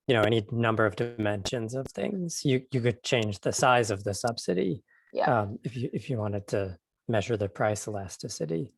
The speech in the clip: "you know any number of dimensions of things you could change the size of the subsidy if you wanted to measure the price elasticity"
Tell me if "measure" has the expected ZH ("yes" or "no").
yes